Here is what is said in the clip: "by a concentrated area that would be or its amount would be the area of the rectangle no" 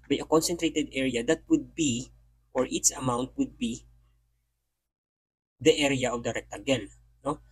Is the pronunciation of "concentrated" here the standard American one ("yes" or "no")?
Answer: yes